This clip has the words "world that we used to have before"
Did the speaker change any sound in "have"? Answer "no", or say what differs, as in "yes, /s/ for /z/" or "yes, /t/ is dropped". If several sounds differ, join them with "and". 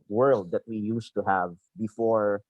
no